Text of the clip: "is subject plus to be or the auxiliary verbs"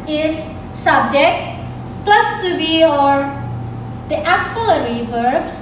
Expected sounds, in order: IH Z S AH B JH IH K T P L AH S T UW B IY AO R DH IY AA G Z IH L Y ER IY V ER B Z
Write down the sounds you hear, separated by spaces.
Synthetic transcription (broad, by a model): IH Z S AH B JH IH K T P L AH S T UW B IY AO R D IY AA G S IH L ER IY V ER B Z